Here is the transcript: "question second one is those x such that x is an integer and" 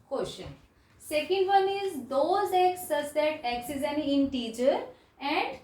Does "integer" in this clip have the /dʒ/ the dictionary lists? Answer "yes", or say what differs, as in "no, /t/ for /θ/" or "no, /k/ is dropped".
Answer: no, /tʃ/ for /dʒ/